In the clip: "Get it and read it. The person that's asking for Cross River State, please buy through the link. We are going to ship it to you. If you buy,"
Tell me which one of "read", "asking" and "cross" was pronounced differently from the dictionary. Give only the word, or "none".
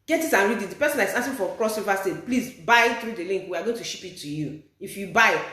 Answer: asking